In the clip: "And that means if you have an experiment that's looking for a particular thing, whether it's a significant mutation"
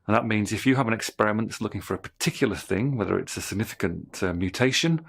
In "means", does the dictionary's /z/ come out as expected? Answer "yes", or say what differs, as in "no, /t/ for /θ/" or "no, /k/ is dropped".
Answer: yes